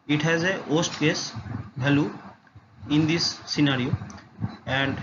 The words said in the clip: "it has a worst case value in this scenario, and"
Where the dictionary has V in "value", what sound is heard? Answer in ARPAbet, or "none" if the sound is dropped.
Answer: B